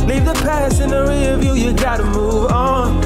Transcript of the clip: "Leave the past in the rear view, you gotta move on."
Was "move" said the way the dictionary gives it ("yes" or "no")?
yes